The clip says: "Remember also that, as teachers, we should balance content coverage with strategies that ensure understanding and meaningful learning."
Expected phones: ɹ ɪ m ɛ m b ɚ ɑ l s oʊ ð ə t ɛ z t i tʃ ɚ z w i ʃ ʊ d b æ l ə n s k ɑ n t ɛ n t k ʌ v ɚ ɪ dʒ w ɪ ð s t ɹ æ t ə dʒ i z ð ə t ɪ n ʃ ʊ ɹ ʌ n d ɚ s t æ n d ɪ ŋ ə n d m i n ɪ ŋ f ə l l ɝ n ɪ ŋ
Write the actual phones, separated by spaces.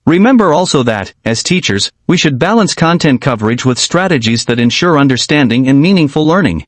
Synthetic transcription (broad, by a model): ɹ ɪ m ɛ m b ɚ ɑ l s oʊ ð ə t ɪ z t i tʃ ɚ z w i ʃ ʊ d b æ l ə n s k ɑ n t ɛ n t k ʌ v ɚ ɪ dʒ w ɪ ð s t ɹ æ t ə dʒ i z ð ə t ɪ n ʃ ʊ ɹ ʌ n d ɚ s t æ n d ɪ ŋ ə n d m i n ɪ ŋ f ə l l ɝ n ɪ ŋ